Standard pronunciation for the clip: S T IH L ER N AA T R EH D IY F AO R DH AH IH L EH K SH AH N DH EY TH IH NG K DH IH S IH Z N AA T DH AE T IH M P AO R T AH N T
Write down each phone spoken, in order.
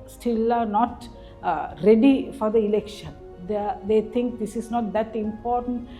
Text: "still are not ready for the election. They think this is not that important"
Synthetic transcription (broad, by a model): S T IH L N AA T R EH D IY F AO R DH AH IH L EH K SH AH N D EY T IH NG K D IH S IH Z N AA T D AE T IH M P AO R T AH N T